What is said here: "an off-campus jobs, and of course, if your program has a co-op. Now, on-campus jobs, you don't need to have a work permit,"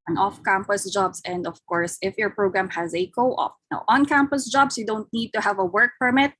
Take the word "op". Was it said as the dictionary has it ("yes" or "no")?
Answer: no